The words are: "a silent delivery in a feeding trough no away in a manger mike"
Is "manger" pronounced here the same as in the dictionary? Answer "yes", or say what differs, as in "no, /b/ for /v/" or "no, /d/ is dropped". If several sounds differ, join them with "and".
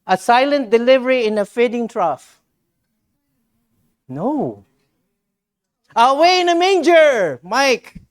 yes